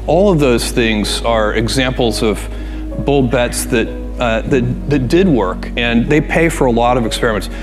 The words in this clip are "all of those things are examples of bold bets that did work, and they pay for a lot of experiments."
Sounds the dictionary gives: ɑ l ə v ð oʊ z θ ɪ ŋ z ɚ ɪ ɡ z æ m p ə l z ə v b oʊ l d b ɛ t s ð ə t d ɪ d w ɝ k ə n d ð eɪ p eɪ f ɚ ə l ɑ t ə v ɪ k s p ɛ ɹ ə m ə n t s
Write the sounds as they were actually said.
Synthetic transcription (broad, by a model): ɑ l ə v ð oʊ z θ ɪ ŋ z ɚ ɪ ɡ z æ m p l z ə v b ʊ l b ɛ t s ð ə t d ɪ d w ɝ k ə n ð eɪ p eɪ f ɚ ə l ɑ t ə v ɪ k s p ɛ ɹ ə m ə n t s